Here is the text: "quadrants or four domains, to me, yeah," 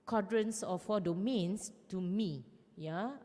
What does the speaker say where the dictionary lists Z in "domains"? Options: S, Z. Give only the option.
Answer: S